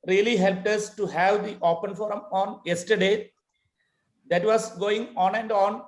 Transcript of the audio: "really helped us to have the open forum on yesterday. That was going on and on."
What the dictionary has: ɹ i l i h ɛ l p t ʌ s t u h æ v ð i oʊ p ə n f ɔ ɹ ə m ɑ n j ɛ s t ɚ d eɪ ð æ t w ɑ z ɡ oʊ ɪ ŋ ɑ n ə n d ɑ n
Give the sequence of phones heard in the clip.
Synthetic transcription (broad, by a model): ɹ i l i h ɛ l p t ʌ s t u h æ v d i oʊ p ə n f ɔ ɹ ə m ɑ n j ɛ s t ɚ d eɪ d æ t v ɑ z ɡ oʊ ɪ ŋ ɑ n ə n d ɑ n